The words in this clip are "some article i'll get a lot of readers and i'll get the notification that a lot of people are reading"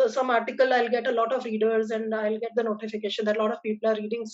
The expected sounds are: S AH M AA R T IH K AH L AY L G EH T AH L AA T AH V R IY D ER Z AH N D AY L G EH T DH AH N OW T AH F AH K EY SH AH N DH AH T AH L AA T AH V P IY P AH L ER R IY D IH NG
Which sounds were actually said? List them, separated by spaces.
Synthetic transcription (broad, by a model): S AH M AA R T IH K AH L AY L G EH T AH L AA T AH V R IY D ER Z AH N D AY L G EH T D AH N OW T AH F AH K EY SH AH N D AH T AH L AA T AH V P IY P AH L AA R IY D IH NG